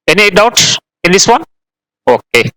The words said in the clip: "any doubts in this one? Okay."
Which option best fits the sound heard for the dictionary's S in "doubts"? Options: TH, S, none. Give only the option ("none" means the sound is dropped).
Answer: none